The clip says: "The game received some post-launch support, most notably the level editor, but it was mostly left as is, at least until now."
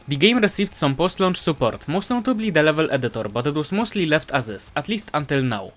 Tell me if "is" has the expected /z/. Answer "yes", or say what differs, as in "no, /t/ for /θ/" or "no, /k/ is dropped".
no, /s/ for /z/